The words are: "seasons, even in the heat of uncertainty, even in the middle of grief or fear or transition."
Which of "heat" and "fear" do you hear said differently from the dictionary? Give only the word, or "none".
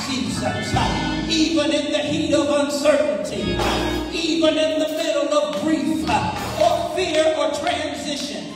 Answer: none